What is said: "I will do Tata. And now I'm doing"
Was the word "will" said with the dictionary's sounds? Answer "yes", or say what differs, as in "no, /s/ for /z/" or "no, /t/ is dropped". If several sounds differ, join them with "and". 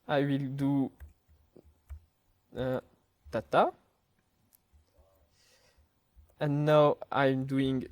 yes